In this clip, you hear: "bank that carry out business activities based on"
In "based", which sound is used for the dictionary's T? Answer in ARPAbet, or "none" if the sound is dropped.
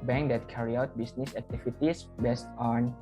T